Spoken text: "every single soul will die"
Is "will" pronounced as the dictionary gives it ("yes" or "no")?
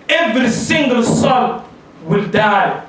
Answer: yes